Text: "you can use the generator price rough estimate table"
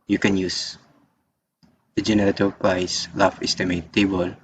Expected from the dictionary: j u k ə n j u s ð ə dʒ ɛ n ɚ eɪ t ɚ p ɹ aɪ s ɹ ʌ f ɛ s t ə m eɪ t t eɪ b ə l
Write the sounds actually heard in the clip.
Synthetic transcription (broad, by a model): j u k ə n j u s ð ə dʒ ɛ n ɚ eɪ t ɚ p ɹ aɪ s l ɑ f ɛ s t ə m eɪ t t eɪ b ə l